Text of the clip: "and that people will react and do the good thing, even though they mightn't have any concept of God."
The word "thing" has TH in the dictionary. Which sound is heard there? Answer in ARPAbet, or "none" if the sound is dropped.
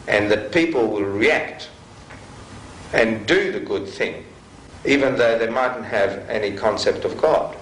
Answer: TH